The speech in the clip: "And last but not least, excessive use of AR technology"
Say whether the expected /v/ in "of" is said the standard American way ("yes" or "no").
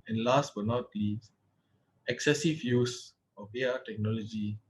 no